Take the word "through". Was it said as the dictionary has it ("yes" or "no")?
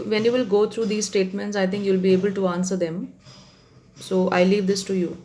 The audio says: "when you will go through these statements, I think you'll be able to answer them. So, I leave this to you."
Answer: no